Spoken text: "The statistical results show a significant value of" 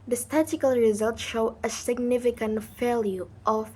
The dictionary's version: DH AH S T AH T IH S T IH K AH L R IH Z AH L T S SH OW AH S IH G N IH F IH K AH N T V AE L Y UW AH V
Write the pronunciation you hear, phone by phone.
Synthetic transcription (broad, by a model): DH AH S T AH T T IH K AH L R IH Z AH L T SH OW AH S IH G N IH F IH K AH N T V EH L Y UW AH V